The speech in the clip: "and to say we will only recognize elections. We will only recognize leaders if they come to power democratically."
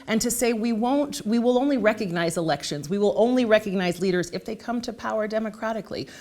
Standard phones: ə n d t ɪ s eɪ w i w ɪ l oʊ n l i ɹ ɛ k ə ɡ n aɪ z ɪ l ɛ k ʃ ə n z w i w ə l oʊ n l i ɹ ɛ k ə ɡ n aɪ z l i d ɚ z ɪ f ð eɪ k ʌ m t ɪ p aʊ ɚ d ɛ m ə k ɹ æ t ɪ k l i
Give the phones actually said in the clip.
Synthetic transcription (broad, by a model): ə n t ɪ s eɪ w i w ɪ l oʊ n l i ɹ ɛ k ə ɡ n aɪ z ɪ l ɛ k ʃ ə n z w i w ə l oʊ n l i ɹ ɛ k ə ɡ n aɪ z l i d ɚ z ɪ f ð eɪ k ʌ m t ɪ p aʊ ɚ d ɛ m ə k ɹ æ t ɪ k l i